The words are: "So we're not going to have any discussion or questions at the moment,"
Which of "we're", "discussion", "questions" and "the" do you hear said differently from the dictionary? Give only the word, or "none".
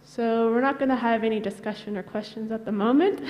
none